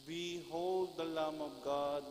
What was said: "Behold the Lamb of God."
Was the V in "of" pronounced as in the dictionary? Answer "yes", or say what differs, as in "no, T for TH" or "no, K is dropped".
no, B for V